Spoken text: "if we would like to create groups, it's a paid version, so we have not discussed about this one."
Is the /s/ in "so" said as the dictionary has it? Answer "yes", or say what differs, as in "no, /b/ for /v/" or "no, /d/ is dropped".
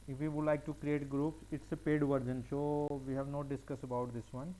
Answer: no, /ʃ/ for /s/